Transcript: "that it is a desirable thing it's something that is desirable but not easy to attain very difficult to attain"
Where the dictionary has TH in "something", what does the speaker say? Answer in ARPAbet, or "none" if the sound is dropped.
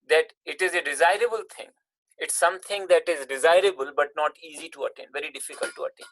T